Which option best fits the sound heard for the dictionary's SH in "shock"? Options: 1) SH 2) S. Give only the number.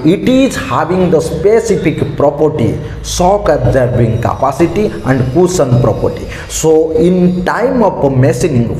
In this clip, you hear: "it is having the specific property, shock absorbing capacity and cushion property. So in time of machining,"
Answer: 2